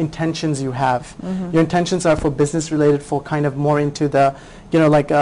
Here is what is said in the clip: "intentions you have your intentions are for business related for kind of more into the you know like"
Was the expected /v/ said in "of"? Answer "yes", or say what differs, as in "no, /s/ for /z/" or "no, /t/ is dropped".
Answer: yes